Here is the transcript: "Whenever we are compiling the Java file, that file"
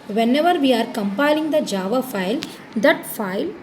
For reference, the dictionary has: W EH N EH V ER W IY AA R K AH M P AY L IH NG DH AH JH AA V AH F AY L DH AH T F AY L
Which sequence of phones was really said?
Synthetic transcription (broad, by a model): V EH N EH V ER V IY AA R K AH M P AY L IH NG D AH JH AA V AH F AY L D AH T F AY L